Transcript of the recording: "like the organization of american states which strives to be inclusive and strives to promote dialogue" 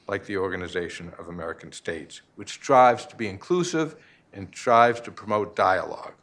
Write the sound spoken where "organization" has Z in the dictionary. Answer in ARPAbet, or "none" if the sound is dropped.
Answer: Z